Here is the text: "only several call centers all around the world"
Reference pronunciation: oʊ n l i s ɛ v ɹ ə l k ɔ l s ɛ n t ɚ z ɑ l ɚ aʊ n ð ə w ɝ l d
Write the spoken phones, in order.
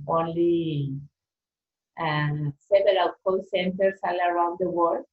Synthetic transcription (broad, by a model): oʊ n l i s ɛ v ə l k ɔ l s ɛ n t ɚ s ɑ l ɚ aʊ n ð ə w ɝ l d